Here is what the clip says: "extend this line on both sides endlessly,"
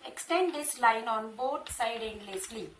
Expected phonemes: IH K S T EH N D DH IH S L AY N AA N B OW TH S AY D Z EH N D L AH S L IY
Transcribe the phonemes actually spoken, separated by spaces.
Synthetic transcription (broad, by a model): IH K S T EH N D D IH S L AY N AA N B OW T S AY D EH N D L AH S L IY